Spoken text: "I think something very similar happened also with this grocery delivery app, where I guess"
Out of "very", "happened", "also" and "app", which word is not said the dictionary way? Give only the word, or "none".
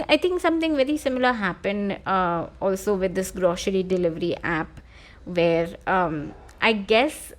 none